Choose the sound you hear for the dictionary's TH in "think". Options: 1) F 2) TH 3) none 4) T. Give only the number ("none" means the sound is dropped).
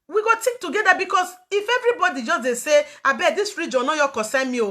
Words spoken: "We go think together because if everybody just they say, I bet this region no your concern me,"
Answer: 4